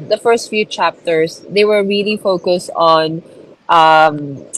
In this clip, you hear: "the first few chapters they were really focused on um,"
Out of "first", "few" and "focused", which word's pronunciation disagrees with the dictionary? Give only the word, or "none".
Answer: none